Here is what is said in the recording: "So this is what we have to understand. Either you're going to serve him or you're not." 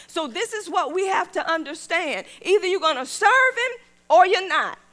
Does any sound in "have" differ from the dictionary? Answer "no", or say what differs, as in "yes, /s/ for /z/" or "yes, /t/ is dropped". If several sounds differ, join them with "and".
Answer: yes, /f/ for /v/